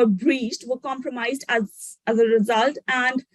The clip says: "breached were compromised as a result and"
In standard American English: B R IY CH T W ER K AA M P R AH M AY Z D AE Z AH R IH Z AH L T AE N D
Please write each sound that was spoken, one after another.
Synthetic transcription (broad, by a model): B R IY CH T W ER K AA M P R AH M AY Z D AE Z AH R IH Z AH L T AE N D